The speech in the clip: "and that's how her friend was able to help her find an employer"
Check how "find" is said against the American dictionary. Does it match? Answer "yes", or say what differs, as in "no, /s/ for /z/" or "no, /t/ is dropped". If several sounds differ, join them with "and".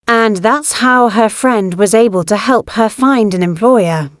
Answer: yes